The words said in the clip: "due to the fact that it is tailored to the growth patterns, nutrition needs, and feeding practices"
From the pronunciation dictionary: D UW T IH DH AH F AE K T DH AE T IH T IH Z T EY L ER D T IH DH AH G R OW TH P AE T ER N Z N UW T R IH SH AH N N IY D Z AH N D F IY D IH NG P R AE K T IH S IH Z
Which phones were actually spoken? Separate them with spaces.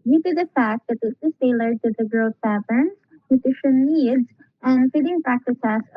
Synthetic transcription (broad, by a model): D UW T IH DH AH F AE K T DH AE T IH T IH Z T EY L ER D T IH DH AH G R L S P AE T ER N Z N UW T IH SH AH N N IY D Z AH N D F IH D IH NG P R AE K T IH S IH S